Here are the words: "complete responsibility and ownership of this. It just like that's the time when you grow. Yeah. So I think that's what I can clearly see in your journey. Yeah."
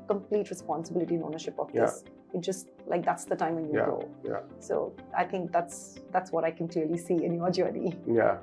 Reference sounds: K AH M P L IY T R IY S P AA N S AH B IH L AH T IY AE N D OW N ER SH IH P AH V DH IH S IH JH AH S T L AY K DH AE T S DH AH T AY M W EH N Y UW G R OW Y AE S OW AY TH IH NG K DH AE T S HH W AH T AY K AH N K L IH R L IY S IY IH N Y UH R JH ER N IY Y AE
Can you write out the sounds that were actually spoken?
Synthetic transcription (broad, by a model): K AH M P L IY T R IY S P AA N S AH B IH L AH T IY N OW N ER SH IH P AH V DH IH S IH JH AH S T L AY K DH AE T S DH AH T AY M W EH N Y UW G OW Y AE S OW AY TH IH NG K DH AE T S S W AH T AY K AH N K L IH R L IY S IY IH N Y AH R JH ER N IY Y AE